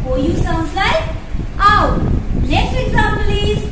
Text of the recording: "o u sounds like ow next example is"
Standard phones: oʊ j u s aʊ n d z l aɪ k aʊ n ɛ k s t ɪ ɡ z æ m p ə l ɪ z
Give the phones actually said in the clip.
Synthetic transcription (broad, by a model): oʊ j u s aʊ n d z l aɪ k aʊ l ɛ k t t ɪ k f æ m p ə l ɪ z